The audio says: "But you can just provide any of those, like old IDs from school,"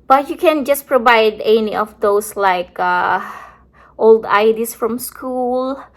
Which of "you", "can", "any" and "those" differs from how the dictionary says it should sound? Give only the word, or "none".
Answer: those